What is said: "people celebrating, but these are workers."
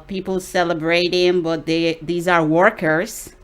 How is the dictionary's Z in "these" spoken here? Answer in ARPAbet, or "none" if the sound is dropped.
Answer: Z